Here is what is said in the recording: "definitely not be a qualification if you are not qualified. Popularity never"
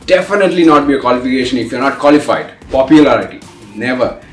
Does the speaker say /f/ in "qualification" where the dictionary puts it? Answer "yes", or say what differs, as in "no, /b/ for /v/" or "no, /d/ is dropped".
yes